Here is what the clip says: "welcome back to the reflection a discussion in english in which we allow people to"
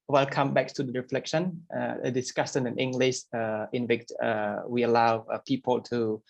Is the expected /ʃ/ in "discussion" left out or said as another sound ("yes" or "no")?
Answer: yes